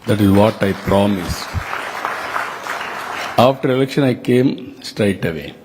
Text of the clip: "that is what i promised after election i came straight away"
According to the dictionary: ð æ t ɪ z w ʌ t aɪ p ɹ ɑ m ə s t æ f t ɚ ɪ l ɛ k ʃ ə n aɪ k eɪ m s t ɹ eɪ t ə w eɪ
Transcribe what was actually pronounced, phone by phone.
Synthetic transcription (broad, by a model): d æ t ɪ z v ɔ t aɪ p ɹ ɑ m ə s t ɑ f t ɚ ɪ l ɛ k ʃ ə n aɪ k eɪ m s t ɹ eɪ t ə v eɪ